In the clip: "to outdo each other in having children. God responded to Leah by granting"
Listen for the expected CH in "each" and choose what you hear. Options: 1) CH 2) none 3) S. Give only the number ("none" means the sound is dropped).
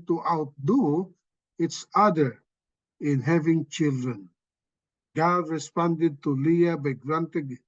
3